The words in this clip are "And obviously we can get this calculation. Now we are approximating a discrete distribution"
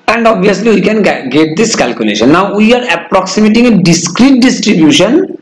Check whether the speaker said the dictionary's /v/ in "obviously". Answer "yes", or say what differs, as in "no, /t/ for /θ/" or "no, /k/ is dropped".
no, /v/ is dropped